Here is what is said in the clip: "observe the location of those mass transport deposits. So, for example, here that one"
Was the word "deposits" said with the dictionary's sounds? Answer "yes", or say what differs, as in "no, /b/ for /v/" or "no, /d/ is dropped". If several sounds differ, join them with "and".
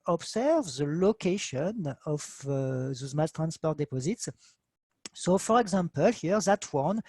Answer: yes